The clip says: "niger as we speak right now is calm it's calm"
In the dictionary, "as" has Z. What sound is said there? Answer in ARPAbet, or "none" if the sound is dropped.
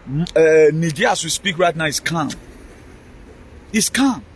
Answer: S